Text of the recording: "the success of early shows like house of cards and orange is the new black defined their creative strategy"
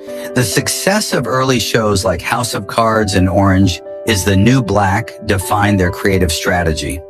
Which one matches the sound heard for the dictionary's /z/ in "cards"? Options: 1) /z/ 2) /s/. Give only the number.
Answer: 1